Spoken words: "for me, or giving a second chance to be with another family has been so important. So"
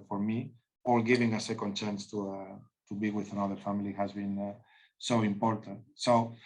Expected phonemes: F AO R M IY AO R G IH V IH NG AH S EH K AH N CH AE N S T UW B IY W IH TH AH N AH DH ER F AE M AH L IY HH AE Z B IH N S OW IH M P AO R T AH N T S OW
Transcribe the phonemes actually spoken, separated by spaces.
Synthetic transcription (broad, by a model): F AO R M IY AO L G IH V IH NG AH S EH K AH N CH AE N S T UW B IY W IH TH AH N AH DH ER F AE M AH L IY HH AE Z B IH N S OW IH M P AO R T AH N T S OW